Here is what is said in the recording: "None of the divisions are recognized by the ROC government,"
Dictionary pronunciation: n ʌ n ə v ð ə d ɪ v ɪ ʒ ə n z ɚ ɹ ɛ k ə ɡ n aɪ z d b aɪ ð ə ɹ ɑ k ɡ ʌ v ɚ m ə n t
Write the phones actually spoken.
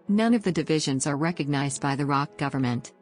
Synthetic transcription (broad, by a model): n ʌ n ə v ð ə d ɪ v ɪ ʒ ə n z ɚ ɹ ɛ k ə ɡ n aɪ z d b aɪ ð ə ɹ ɑ k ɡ ʌ v ɚ m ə n t